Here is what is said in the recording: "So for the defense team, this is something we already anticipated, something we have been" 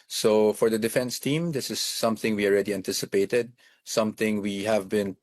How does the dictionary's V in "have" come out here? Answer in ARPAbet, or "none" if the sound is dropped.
V